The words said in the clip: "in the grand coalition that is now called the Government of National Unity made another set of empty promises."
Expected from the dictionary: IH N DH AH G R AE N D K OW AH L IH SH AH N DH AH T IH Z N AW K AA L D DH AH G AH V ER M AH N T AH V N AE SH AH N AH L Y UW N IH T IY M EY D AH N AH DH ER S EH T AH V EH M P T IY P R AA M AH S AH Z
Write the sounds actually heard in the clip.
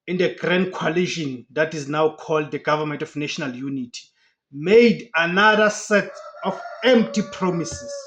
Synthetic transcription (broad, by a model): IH N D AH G R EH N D K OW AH L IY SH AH N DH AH T IH Z N AW K AA L D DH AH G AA V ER M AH N T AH F N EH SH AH N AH L Y UW N IH T IY M EY D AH N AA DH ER S EH T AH F EH M P T IY P R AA M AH S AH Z